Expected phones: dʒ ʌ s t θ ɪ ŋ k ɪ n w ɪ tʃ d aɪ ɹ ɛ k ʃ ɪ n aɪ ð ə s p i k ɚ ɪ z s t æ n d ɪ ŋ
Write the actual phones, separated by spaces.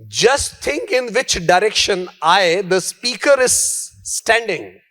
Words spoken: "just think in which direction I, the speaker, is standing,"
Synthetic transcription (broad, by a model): dʒ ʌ s t t ɪ ŋ k ɪ n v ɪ tʃ d aɪ ɹ ɛ k ʃ ɪ n aɪ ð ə s p i k ɚ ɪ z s t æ n d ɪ ŋ